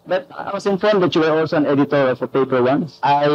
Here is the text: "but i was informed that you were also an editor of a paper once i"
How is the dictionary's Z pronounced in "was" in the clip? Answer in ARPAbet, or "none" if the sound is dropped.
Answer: S